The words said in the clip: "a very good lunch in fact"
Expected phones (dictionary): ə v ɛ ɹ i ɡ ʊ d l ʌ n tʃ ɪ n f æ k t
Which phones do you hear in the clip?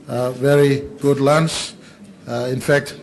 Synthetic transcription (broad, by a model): v ɛ ɹ i ɡ ʊ d l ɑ n s ɪ n f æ k t